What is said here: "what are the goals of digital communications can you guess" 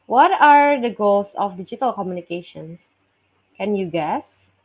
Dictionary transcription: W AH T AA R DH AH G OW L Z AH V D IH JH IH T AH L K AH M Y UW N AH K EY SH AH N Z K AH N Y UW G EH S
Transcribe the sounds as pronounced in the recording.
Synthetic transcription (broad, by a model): W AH T AA R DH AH G OW L S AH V D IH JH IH T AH L K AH M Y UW N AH K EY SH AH N S K AH N Y UW G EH S